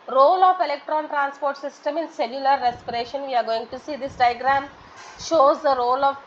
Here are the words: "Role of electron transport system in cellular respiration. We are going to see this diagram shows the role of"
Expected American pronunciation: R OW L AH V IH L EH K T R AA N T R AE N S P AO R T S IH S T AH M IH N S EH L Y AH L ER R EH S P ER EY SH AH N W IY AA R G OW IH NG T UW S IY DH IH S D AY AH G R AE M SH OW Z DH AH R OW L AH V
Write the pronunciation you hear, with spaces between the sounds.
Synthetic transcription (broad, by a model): R OW L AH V IH L EH K T R AA N T R AE N S P AO R T S IH S T AH M IH N S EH L Y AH L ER R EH S P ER EY SH AH N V IY AA R G OW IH NG T UW S IY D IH S D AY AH G R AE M SH OW Z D AH R OW L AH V